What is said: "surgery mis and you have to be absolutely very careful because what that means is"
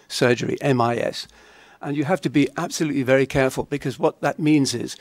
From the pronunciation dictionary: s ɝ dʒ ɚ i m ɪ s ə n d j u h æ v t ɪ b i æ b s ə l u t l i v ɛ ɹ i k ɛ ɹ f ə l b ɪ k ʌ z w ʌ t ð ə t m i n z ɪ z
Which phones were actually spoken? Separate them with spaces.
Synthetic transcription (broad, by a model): s ɝ dʒ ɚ i m ɪ s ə n j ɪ h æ f t ɪ b i æ b s ə l u t l i v ɛ ɹ i k ɛ ɹ f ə l b ɪ k ʌ z w ʌ t ð ə t m i n z ɪ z